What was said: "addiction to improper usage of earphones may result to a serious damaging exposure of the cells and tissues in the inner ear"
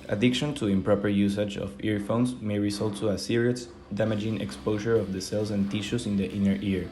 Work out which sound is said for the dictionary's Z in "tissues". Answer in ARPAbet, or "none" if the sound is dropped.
S